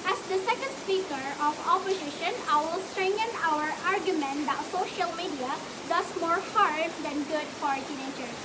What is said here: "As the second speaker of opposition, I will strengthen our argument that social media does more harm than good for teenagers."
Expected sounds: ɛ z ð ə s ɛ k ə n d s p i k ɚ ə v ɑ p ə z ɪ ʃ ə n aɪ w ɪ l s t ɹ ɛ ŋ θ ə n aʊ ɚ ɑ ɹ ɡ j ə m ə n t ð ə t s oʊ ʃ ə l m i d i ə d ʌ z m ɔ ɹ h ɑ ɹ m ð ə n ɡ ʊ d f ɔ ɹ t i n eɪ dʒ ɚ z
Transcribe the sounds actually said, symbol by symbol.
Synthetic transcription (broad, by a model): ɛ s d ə s ɛ k ə n d s p i k ɚ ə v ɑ p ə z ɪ ʃ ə n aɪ w ɪ l s t ɹ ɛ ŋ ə n aʊ ɚ ɑ ɹ ɡ j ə m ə n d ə t s oʊ ʃ ə l m i d i ə d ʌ s m ɔ ɹ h ɑ ɹ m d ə n ɡ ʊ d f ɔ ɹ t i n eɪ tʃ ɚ